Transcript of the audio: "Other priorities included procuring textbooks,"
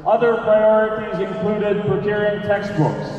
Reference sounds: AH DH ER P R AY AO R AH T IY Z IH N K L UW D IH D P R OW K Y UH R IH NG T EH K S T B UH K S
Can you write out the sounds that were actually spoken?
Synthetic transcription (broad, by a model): AH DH ER P R AY AO R AH T IY Z IH N K L UW D IH D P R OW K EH R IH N T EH K S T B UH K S